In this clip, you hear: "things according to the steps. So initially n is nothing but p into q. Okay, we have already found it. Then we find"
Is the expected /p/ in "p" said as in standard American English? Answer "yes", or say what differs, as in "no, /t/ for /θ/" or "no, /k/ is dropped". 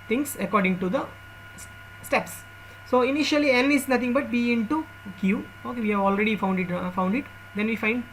no, /b/ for /p/